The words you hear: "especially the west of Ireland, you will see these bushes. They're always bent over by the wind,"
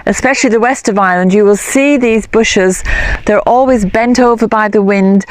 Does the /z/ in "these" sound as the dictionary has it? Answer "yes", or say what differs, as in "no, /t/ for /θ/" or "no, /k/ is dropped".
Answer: yes